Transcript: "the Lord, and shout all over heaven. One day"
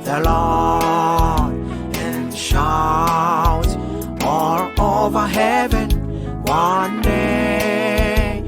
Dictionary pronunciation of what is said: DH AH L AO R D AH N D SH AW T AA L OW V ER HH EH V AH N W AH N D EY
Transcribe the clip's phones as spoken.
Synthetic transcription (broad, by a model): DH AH L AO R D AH N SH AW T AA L OW V ER HH EH V AH N W AH N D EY